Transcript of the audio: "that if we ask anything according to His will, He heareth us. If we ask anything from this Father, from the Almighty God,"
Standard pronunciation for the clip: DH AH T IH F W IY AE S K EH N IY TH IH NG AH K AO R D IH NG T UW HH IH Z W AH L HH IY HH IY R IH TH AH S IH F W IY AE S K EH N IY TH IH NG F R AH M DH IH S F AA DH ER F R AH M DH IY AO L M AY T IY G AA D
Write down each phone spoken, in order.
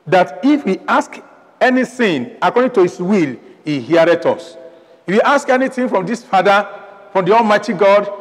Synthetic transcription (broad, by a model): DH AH T IH F W IY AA S K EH N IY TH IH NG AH K AO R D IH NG T UW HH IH S W AH L HH IY HH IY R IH T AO S IH F W IY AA S K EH N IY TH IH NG F R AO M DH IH S F AA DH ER F R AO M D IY AO L M AY T IY G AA D